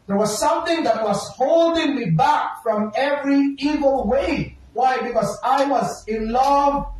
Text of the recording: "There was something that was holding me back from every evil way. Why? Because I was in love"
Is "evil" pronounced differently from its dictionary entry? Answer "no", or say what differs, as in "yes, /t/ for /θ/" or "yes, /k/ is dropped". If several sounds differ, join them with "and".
no